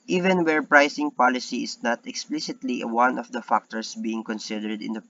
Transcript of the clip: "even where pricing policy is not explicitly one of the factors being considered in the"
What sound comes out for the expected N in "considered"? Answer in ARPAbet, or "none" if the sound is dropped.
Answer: N